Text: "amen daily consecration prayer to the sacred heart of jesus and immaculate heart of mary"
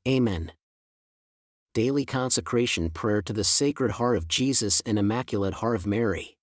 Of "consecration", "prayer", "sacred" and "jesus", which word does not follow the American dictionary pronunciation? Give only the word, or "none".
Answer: none